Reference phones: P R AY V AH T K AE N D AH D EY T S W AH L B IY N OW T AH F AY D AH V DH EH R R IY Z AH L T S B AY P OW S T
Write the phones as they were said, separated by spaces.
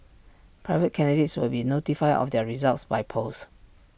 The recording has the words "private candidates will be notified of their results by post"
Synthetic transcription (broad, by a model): P R AY V AH T K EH N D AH D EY T S W AH L B IY N OW T AH F AY D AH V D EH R R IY Z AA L T S B AY P OW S